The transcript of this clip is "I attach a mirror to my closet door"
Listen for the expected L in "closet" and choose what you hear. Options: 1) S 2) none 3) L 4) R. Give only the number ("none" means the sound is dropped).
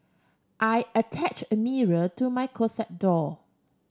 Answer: 2